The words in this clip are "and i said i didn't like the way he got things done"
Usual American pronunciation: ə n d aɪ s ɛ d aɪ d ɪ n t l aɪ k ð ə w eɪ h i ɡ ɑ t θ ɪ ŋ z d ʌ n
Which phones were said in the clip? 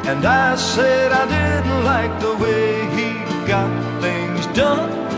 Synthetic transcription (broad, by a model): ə n aɪ s ɛ d aɪ d ɪ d l aɪ k ð ə w eɪ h i ɡ ɑ t θ ɪ ŋ z d ʌ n